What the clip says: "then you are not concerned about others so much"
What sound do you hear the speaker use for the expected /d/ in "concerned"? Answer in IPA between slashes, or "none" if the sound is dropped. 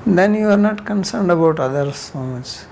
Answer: /d/